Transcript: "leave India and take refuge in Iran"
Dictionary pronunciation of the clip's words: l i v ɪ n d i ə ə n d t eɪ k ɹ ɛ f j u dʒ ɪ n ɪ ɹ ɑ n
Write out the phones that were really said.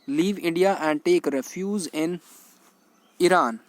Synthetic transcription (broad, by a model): l i v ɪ n d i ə ə n d t eɪ k ɹ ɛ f j u z ɪ n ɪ ɹ ɑ n